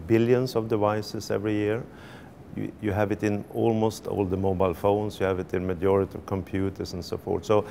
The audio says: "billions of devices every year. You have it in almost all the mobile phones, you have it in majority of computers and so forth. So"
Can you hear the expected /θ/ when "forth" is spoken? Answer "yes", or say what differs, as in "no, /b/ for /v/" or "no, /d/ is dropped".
no, /t/ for /θ/